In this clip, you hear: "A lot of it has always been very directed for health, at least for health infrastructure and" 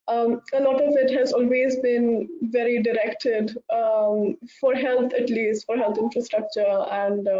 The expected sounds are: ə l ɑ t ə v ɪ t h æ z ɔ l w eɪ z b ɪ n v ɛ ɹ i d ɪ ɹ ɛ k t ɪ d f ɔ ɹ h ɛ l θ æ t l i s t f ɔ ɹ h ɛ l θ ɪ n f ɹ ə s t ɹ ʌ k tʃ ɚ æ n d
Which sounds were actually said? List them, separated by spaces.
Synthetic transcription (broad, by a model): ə l ɑ t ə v ɪ t h æ z ɔ l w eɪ z b ɪ n v ɛ ɹ i d ɪ ɹ ɛ k t ɪ d f ɔ ɹ h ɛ l t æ t l i s t f ɔ ɹ h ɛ l t ɪ n f ɹ ə s t ɹ ʌ k tʃ ɚ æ n d